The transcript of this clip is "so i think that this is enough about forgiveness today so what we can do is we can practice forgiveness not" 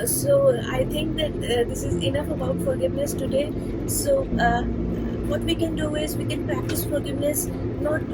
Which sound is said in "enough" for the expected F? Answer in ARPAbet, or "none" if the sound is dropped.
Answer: F